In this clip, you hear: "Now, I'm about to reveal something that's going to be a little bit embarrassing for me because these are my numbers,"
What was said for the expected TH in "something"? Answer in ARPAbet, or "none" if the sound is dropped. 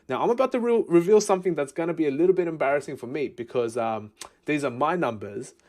TH